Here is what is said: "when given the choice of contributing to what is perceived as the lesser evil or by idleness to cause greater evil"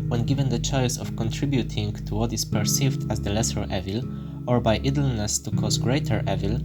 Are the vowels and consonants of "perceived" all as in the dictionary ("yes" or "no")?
yes